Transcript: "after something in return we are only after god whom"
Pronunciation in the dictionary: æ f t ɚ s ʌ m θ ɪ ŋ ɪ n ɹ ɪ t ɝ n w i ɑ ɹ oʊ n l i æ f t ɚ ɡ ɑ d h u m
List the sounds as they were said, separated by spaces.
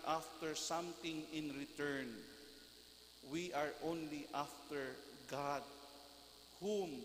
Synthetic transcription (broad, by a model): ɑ f t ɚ s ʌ m t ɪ ŋ ɪ n ɹ ɪ t ɝ n w i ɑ ɹ oʊ n l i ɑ f t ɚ ɡ ɑ d h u m